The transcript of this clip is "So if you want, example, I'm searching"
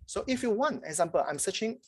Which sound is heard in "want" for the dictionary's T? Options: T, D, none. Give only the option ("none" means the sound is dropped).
none